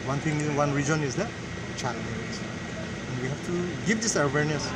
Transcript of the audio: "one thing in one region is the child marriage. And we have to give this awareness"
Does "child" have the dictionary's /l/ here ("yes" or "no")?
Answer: no